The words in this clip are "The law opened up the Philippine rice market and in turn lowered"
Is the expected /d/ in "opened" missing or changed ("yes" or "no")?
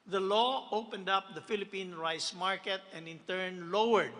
no